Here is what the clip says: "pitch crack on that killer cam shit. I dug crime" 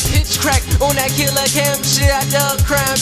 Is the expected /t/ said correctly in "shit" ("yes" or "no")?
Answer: no